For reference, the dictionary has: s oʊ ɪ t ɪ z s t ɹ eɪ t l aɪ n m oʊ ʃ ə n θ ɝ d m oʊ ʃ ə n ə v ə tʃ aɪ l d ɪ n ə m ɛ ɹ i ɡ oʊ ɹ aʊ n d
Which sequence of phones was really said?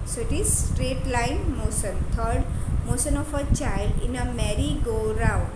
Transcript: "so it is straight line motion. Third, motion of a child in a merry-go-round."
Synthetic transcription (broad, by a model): s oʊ ɪ t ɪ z s t ɹ eɪ t l aɪ n m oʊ s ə n t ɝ d m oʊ s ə n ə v ə tʃ aɪ l d ɪ n ə m ɛ ɹ i ɡ oʊ ɹ aʊ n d